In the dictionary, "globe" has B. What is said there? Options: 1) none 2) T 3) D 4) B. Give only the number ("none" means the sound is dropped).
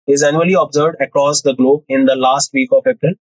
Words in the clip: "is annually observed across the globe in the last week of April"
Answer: 4